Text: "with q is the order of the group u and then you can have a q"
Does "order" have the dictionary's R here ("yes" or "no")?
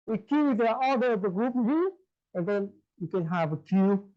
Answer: no